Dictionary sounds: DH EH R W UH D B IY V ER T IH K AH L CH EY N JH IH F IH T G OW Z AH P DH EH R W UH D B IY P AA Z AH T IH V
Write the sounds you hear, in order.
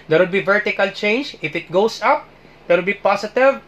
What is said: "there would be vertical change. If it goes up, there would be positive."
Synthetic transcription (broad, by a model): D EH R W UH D B IY V ER T IH K AH L CH EY N JH IH F IH T G OW S AH P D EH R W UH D B IY P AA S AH T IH V